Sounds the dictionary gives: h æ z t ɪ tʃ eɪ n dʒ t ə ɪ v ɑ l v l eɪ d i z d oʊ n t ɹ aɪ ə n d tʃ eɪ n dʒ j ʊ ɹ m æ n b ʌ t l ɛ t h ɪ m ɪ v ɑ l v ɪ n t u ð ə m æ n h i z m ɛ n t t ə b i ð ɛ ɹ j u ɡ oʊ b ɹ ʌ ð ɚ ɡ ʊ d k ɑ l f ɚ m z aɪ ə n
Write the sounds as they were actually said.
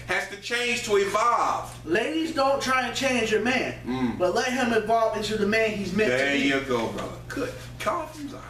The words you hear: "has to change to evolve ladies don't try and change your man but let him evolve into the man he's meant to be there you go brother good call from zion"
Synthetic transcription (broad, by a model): h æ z t ɪ tʃ eɪ n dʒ t ə ɪ v ɑ l v l eɪ d i z d oʊ n t ɹ aɪ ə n tʃ eɪ n dʒ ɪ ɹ m æ n b ʌ t l ɛ t h ɪ m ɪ v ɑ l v ɪ n t u ð ə m æ n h i z m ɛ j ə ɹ ɡ oʊ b ɹ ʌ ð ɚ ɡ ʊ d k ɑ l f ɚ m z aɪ